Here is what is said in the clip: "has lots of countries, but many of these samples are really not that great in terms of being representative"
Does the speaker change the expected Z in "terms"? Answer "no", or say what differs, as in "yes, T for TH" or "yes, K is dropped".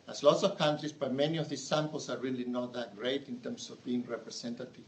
yes, S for Z